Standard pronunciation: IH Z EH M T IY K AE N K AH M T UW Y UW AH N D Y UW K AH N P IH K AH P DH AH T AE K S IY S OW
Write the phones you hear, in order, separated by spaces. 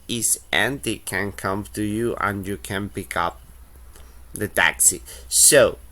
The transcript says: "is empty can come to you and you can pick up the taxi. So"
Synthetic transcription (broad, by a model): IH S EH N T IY K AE N K AH M T UW Y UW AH N Y UW K AH N P IH K AH P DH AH T AE K S IY S OW